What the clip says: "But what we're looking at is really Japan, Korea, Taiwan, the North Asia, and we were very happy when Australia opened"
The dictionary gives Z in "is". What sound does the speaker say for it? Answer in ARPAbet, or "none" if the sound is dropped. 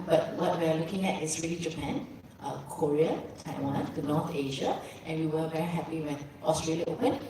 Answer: S